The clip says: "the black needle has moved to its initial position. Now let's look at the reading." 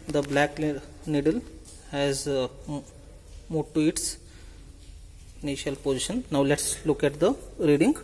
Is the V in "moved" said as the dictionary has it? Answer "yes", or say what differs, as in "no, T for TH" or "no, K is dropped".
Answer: no, V is dropped